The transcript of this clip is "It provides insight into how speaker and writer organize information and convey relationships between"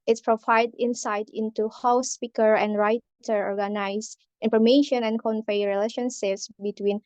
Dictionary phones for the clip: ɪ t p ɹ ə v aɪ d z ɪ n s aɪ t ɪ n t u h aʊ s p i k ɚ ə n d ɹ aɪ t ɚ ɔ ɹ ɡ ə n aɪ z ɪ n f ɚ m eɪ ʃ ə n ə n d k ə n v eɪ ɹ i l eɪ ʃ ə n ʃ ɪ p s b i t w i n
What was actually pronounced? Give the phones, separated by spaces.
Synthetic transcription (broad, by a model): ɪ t p ɹ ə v aɪ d ɪ n s aɪ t ɪ n t u h aʊ s p i k ɚ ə n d ɹ aɪ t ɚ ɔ ɹ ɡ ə n aɪ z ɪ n f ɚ m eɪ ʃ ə n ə n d k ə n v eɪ ɹ i l eɪ ʃ ə n ʃ ɪ p s b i t w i n